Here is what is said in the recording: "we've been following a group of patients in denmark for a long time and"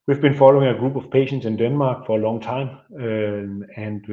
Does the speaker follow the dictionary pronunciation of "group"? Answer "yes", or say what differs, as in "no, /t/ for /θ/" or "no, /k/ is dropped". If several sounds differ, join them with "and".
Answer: no, /b/ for /p/